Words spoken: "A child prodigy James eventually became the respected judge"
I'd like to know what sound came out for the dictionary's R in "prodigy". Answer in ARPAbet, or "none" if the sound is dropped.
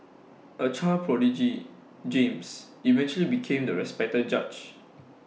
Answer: R